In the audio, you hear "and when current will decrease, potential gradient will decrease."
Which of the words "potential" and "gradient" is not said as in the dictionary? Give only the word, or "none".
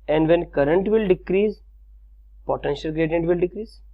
none